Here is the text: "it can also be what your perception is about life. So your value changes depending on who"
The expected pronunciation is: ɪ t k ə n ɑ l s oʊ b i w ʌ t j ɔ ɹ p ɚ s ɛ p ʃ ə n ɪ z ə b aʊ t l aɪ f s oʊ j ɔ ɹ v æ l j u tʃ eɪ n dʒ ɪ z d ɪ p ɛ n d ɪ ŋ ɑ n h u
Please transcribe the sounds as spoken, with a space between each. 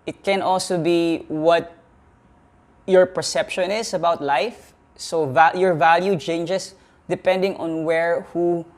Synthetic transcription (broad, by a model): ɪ t k ə n ɑ l s oʊ b i w ʌ t j ɔ ɹ p ɚ s ɛ p ʃ ə n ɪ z ə b aʊ t l aɪ f s oʊ j ɔ ɹ v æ l j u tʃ eɪ n dʒ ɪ s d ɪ p ɛ n d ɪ ŋ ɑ n h u